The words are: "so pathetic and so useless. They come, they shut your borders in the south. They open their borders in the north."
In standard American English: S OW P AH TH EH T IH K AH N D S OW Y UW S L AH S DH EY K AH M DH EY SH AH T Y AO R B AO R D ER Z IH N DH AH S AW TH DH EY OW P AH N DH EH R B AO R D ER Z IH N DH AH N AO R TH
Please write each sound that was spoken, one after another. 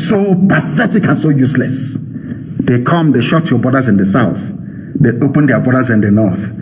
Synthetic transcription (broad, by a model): S OW P AH TH EH T IH K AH N S OW Y UW S L AH S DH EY K AH M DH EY SH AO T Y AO B AO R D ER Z IH N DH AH S AW TH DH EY OW P AH N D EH B AO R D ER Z IH N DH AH N AO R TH